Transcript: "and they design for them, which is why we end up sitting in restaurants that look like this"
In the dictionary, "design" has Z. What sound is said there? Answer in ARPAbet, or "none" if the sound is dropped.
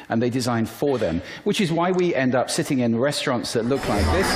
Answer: Z